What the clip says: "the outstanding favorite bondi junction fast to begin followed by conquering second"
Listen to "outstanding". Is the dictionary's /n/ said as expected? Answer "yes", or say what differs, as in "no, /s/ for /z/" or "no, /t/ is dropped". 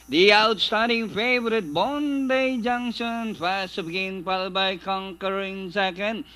no, /n/ is dropped